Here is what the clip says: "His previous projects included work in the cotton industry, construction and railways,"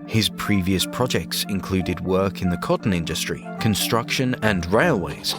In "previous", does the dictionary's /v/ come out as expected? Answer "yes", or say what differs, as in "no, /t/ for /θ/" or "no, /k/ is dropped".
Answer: yes